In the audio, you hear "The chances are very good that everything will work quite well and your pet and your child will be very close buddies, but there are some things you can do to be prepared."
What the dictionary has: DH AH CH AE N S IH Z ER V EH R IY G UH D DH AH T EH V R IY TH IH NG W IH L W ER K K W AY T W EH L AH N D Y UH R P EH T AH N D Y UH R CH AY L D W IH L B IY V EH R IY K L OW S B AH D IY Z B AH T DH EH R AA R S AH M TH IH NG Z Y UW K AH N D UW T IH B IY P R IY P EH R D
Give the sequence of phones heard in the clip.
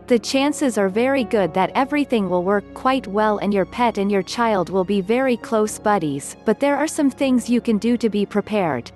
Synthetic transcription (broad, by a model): DH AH CH AE N S IH Z ER V EH R IY G UH D DH AH T EH V R IY TH IH NG W IH L W ER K K W AY T W EH L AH N Y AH R P EH T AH N Y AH R CH AY L D W IH L B IY V EH R IY K L OW S B AH D IY Z B AH T DH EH R AA R S AH M TH IH NG Z Y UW K AH N D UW T IH B IY P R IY P EH R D